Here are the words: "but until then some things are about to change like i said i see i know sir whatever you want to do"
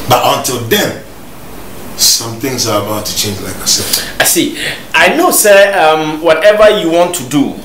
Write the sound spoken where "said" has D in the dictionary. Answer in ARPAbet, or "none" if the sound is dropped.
none